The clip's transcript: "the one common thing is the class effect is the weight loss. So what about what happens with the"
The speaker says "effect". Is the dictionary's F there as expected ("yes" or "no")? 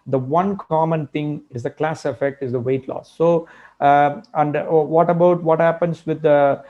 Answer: yes